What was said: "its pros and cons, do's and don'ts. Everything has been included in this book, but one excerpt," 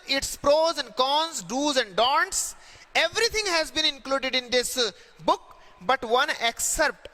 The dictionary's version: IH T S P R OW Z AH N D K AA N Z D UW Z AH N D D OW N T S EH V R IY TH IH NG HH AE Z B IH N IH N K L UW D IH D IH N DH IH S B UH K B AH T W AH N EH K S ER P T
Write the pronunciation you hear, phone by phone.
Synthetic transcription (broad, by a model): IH T S P R OW Z AH N D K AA N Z D UW Z AH N D D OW N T S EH V R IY T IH NG HH AE Z B IH N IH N K L UW D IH D IH N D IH S B UH K B AH T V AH N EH K S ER P T